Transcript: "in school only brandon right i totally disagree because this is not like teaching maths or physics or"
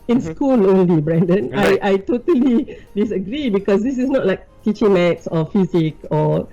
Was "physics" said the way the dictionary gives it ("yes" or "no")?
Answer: no